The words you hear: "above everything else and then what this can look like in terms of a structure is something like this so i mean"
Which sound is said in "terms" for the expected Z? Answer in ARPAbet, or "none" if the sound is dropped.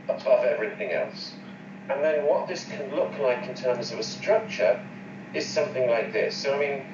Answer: Z